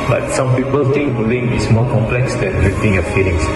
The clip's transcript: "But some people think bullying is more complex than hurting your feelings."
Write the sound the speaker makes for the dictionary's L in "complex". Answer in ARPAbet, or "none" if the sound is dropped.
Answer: L